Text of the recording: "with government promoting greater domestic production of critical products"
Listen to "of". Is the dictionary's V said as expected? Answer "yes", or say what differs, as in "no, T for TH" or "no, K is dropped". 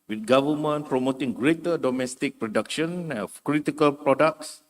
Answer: no, F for V